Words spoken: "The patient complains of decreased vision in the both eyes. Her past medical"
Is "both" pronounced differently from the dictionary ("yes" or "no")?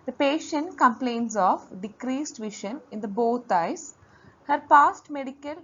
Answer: yes